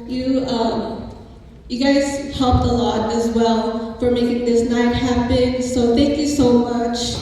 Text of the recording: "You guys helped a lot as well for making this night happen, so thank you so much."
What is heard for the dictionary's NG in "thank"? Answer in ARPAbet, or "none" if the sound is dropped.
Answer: NG